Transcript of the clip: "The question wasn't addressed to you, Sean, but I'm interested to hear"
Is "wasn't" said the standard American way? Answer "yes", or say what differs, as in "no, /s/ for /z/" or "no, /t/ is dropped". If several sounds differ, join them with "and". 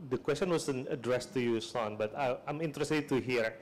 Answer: no, /t/ is dropped